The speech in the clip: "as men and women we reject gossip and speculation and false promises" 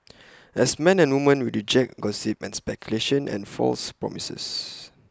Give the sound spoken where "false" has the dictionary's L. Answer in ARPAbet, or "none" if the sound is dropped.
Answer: L